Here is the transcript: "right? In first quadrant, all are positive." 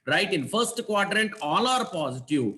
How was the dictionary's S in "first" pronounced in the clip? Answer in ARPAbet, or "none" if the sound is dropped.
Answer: S